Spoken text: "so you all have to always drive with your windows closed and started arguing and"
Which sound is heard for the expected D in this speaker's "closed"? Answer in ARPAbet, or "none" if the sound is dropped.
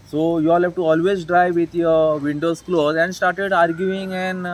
none